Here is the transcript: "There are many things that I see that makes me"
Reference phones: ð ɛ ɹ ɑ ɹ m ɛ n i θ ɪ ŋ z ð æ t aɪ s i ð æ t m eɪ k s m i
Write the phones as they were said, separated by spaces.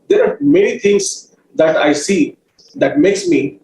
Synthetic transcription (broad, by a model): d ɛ ɹ ɑ ɹ m ɛ n i t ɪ ŋ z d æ t aɪ s i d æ t m eɪ k s m i